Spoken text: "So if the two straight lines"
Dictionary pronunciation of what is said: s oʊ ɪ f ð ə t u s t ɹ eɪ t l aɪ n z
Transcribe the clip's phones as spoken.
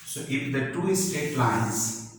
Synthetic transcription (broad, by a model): s oʊ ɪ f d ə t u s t eɪ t l aɪ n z